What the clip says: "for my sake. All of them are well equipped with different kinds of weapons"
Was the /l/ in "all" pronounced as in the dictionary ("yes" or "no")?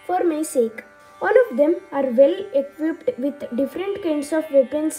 yes